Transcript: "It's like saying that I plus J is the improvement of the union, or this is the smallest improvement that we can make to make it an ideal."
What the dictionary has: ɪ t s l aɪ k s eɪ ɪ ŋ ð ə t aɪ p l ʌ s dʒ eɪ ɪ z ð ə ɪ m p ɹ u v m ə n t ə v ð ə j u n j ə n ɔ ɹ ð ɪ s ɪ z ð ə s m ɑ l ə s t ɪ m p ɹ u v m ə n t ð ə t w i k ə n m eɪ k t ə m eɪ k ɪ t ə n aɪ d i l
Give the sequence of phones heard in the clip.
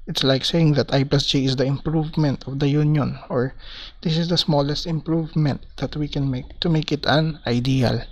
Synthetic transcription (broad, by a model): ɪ t s l aɪ k s eɪ ɪ ŋ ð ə t aɪ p ʌ s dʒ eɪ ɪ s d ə ɪ m p ɹ u v m ə n t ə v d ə j u n j ə n ɔ ɹ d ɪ s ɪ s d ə s m ɑ l ə s t ɪ m p ɹ u v m ə n t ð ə t w i k ə n m eɪ k t ə m eɪ k ɪ t ə n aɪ d i l